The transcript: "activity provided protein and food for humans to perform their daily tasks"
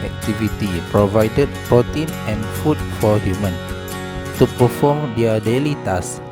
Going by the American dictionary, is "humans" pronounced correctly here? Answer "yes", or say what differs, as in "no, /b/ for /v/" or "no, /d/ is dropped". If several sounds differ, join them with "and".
no, /z/ is dropped